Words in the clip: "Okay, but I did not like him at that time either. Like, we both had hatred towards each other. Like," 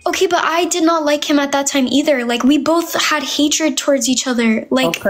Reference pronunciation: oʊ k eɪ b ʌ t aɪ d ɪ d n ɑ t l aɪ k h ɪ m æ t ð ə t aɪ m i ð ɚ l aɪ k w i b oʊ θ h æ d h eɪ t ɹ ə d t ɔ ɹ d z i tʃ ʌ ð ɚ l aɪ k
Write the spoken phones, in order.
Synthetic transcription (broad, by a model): oʊ k eɪ b ʌ t aɪ d ɪ d n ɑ t l aɪ k h ɪ m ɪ t ð ə t aɪ m i ð ɚ l aɪ k w i b oʊ θ h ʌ d h eɪ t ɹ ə d t ɔ ɹ d z i tʃ ʌ ð ɚ l aɪ k